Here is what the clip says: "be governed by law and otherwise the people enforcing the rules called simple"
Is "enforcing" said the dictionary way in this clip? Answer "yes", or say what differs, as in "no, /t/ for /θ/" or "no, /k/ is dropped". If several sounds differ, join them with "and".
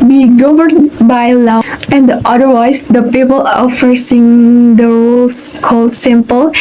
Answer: no, /n/ is dropped